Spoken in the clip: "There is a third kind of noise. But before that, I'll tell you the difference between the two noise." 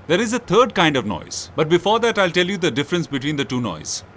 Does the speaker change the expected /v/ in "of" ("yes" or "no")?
no